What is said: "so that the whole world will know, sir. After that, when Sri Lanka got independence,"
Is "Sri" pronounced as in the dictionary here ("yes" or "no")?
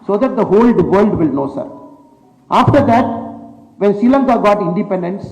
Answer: no